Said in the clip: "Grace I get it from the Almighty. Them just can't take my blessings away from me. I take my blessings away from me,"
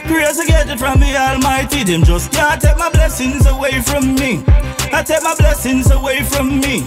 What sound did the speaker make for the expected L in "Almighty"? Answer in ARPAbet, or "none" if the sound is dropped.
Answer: L